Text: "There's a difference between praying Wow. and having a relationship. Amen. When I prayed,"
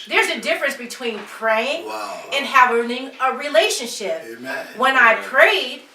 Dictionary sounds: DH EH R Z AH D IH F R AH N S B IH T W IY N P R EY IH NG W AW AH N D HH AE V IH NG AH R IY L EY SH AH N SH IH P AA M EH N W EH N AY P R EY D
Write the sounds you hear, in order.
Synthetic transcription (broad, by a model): DH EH R Z AH D IH F R AH N S B IH T W IY N P R EY IH NG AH N HH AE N IH NG AH R IY L EY SH AH N SH IH P W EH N AY P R EY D